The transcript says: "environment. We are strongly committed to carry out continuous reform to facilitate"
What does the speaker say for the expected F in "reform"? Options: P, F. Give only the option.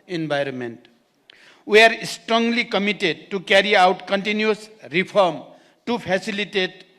P